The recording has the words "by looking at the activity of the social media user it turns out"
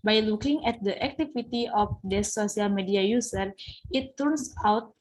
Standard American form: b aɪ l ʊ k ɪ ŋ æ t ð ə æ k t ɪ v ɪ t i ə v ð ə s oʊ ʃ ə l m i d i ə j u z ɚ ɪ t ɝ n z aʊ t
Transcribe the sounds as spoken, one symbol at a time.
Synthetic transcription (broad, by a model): b aɪ l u k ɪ ŋ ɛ t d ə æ k t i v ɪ t i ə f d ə s oʊ s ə l m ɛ d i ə j u s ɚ ɪ t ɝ n s aʊ t